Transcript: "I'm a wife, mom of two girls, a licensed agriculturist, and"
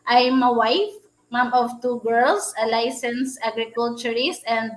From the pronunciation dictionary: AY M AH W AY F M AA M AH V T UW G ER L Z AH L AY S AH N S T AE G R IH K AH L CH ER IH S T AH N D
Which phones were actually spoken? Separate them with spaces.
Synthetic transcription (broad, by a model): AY M AH W AY F M AA M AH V T UW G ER L S AH L AY S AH N S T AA G R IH K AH L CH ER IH S T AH N D